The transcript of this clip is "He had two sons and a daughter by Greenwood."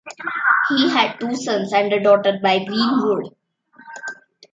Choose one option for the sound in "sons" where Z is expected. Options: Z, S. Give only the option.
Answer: S